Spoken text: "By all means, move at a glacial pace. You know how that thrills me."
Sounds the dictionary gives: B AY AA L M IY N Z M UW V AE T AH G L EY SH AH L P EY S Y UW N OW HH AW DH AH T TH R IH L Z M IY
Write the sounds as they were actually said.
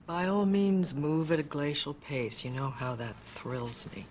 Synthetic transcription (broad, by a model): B AY AA L M IY N Z M UW V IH T AH G L EY SH L P EY S Y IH N OW HH AW DH AH T TH R IH L Z M IY